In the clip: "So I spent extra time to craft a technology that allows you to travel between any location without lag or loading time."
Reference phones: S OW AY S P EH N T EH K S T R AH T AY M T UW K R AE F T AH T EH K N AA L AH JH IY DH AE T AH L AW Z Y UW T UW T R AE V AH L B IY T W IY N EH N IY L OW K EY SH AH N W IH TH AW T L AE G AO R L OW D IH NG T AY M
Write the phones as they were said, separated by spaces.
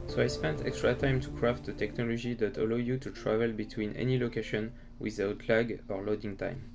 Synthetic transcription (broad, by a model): S OW AY S P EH N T EH K S T R AH T AY M T UW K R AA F T AH T EH K N AA L AH JH IY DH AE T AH L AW Y UW T UW T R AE V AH L B IY T W IY N EH N IY L OW K EY SH AH N W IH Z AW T L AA G AO R L OW D IH NG T AY M